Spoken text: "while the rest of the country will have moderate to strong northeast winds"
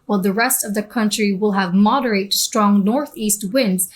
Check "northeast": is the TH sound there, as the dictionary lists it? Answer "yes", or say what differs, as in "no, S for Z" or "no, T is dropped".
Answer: yes